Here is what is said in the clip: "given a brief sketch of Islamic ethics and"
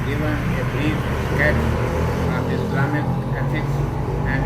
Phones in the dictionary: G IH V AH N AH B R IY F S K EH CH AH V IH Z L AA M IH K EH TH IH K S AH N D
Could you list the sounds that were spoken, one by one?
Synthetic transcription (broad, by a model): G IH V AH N AH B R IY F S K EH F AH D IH S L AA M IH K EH F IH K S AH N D